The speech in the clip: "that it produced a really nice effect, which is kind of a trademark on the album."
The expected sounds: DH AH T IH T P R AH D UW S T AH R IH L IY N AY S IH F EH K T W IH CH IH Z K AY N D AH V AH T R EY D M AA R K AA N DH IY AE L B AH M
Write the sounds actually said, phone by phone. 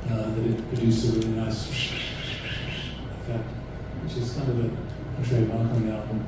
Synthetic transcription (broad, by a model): DH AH T IH T P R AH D UW S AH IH IY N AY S IH F EH K T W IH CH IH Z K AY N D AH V AH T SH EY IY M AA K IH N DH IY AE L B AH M